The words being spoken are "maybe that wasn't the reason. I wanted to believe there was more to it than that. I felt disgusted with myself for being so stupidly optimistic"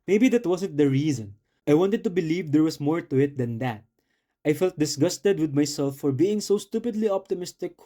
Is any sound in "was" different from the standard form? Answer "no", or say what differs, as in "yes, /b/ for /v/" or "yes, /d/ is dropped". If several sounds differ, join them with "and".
yes, /s/ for /z/